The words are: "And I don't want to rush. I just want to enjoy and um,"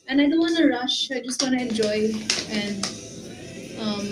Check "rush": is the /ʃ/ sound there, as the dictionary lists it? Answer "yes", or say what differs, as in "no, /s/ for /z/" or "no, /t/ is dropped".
yes